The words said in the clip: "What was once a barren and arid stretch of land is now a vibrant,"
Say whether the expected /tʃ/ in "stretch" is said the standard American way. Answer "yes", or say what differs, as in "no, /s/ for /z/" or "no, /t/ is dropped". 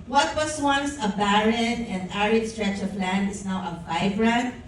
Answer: yes